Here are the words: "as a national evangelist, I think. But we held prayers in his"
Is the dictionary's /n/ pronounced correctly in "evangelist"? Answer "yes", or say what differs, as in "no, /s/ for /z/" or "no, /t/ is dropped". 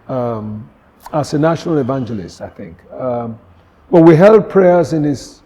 yes